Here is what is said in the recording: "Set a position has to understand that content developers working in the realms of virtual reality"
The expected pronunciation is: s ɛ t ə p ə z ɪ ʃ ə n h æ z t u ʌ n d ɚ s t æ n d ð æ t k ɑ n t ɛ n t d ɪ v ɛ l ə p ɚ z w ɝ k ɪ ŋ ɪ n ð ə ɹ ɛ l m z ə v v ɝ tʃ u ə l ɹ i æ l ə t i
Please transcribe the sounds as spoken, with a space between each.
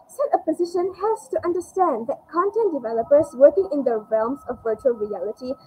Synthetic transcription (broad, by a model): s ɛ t ə p ə z ɪ ʃ ə n h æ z t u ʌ n d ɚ s t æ n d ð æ t k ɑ n t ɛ n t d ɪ v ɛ l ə p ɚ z w ɝ k ɪ ŋ ɪ n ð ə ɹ ɛ l m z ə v v ɝ tʃ u ə l ɹ i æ l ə t i